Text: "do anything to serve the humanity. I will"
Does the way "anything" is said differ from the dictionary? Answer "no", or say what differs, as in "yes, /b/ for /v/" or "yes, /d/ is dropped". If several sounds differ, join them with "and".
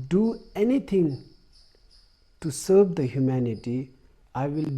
yes, /t/ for /θ/